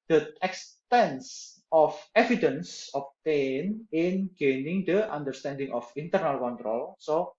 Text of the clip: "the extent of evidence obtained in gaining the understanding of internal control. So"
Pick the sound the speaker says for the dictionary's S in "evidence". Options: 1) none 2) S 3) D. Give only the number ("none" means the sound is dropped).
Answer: 2